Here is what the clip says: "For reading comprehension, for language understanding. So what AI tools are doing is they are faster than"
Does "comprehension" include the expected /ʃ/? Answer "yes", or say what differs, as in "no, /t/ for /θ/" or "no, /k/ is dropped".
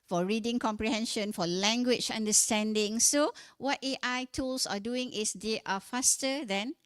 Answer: yes